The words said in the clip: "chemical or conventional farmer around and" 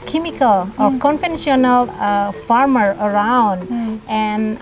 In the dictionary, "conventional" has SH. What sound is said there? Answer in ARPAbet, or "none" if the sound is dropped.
S